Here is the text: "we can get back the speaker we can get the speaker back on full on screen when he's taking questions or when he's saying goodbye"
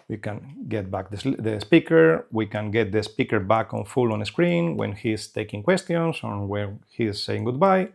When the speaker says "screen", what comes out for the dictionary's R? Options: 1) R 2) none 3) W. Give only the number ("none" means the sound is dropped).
1